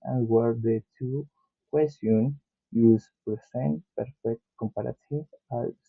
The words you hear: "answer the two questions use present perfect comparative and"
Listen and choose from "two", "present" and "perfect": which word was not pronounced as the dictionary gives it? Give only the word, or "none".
present